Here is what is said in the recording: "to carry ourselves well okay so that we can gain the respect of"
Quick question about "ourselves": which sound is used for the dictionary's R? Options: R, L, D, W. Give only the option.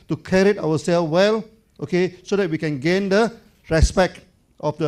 W